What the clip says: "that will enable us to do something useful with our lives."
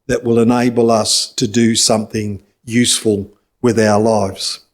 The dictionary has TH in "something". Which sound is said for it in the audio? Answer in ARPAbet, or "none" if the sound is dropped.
TH